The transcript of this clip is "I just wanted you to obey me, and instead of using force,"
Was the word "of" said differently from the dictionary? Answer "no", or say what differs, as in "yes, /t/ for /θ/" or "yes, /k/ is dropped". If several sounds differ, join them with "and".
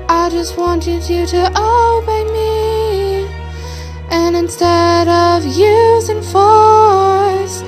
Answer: no